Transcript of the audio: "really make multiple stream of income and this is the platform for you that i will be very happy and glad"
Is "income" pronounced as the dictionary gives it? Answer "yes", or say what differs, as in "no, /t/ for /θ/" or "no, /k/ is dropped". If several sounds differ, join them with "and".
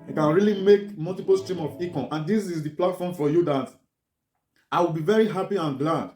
no, /n/ is dropped